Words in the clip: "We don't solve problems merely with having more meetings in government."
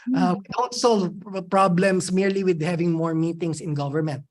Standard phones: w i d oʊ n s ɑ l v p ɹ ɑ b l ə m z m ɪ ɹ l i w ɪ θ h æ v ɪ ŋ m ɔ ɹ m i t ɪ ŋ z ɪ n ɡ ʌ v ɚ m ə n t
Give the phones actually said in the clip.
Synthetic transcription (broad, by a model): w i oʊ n s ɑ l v p ɹ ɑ b l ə m s m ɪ ɹ l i w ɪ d h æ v ɪ ŋ m ɔ ɹ m i t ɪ ŋ s ɪ n ɡ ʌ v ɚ m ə n t